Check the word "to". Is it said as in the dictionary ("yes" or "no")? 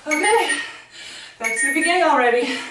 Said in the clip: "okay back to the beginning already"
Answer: no